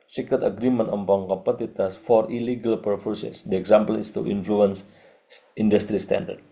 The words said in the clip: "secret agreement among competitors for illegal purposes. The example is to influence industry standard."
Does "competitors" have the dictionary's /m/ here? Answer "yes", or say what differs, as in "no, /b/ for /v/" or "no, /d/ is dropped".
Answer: no, /m/ is dropped